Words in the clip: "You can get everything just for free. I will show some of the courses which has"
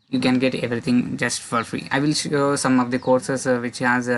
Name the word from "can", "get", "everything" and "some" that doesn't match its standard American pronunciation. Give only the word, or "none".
everything